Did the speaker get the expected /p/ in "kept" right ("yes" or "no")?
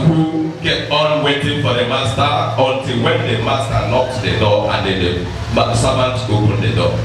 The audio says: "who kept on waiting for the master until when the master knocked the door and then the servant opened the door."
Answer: no